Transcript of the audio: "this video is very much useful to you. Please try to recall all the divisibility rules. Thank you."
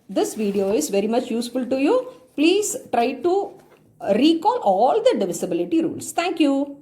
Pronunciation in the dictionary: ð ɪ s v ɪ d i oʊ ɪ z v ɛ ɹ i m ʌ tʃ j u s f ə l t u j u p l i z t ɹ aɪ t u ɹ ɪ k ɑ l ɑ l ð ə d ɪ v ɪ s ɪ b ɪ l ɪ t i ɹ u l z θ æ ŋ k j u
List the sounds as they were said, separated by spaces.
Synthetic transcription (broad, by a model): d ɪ s v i d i oʊ ɪ z v ɛ ɹ i m ʌ tʃ j u s f ə l t u j u p l i z t ɹ aɪ t u ɹ ɪ k ɑ l ɑ l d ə d ɪ v ɪ s ɪ b ɪ l ɪ t i ɹ u l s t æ ŋ k j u